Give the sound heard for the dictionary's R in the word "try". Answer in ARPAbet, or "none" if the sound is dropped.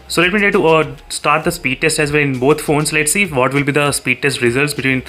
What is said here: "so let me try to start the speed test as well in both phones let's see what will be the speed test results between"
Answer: none